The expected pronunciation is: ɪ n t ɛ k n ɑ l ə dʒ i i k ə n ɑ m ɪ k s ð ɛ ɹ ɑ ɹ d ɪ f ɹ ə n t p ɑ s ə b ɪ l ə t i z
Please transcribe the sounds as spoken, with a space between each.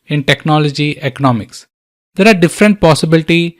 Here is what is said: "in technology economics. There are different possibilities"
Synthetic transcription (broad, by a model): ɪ n t ɛ k n ɑ l ə dʒ i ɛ k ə n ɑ m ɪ k s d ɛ ɹ ɑ ɹ d ɪ f ɹ ə n t p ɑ s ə b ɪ l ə t i